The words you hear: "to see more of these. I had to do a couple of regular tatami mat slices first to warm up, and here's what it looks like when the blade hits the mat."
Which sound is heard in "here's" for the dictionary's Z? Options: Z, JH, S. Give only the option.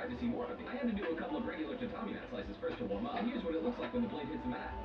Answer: Z